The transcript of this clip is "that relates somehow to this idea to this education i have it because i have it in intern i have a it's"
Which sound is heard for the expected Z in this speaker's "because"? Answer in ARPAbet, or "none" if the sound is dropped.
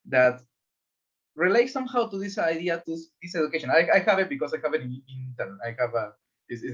S